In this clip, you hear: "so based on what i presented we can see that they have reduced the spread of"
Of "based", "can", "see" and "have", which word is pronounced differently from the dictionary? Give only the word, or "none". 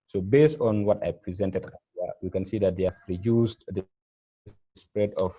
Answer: have